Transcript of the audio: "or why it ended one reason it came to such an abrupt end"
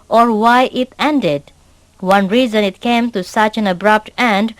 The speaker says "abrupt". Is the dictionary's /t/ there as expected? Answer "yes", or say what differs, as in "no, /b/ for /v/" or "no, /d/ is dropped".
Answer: yes